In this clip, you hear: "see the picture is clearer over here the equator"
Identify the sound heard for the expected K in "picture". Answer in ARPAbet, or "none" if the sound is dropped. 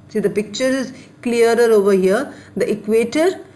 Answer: K